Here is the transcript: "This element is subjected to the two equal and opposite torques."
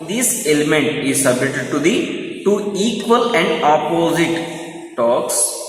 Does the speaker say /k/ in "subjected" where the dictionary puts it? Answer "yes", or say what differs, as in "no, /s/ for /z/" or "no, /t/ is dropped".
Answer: no, /k/ is dropped